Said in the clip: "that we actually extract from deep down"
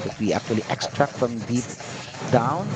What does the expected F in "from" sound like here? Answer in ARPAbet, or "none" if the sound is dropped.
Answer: F